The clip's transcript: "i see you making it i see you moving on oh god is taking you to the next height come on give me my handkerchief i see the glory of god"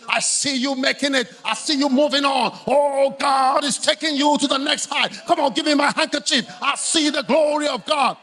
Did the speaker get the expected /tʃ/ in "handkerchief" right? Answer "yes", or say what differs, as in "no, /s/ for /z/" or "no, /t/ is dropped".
yes